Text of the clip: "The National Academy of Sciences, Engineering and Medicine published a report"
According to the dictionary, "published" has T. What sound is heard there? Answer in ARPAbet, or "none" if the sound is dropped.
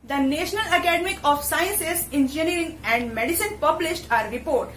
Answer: T